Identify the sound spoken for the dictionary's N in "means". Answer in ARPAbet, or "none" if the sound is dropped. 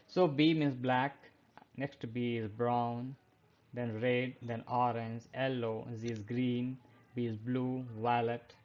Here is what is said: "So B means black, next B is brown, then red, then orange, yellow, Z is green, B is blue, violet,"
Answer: none